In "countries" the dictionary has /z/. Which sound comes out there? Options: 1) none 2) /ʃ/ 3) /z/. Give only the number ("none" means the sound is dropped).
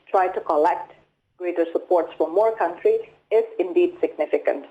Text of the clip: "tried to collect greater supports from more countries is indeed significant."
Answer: 1